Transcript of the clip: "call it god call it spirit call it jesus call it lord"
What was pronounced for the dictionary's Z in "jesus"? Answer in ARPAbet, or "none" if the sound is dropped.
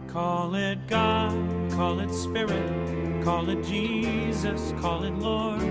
Z